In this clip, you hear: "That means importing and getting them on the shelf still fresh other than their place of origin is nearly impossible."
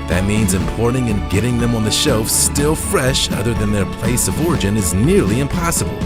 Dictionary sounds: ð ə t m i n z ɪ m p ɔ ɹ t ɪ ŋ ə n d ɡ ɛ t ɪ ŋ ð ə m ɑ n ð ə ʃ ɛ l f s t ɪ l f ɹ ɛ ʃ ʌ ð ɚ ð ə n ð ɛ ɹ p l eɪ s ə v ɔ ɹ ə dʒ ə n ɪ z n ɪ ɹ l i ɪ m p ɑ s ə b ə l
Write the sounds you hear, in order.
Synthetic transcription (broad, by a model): ð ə t m i n z ɪ m p ɔ ɹ t ɪ ŋ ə n ɡ ɛ t ɪ ŋ ð ə m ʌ n ð ə ʃ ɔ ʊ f s t ɪ l f ɹ ɛ ʃ ʌ ð ɚ ð ə n ð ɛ ɹ p l eɪ s ə v ɔ ɹ ə dʒ ə n ɪ z n ɪ ɹ l i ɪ m p ɑ s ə b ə l